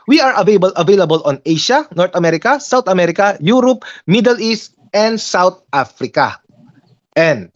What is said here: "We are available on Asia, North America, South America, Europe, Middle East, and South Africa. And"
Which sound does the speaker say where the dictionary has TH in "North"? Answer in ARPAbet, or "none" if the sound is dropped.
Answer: T